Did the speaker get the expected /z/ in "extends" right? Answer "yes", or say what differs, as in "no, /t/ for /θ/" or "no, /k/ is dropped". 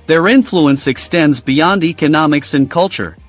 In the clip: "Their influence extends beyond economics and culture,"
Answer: yes